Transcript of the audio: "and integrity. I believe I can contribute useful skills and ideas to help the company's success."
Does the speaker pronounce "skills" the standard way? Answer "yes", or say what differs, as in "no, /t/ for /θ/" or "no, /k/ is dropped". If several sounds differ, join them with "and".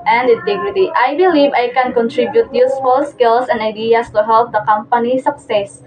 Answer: no, /s/ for /z/